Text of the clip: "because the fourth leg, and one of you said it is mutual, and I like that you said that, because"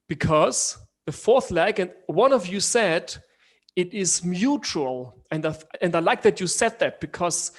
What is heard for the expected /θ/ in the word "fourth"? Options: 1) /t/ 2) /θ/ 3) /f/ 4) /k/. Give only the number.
2